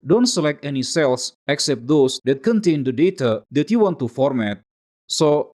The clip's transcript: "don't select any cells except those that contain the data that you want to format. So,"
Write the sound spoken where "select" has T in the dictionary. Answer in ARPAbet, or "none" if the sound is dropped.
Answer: T